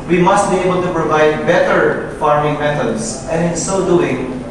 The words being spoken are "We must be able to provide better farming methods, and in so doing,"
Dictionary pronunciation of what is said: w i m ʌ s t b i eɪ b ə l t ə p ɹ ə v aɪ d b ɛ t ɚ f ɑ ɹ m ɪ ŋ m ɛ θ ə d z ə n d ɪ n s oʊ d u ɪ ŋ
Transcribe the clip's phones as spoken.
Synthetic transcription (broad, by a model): w i m ʌ s t b i eɪ b ə l t ə p ɹ ə v aɪ d b ɛ t ɚ f ɑ ɹ m ɪ ŋ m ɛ t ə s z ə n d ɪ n s oʊ d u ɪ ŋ